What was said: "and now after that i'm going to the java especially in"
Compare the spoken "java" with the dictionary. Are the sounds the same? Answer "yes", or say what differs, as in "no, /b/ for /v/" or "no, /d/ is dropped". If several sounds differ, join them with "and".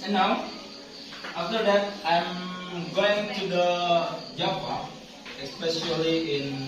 no, /p/ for /v/